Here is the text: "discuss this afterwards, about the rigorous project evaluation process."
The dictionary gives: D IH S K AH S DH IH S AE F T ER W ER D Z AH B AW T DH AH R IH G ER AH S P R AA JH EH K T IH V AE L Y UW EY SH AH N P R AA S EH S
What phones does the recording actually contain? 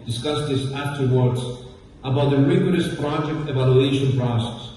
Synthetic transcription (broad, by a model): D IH S K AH S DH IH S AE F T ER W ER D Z AH B AW T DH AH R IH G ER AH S P R AA JH EH K T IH V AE L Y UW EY SH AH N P R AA S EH S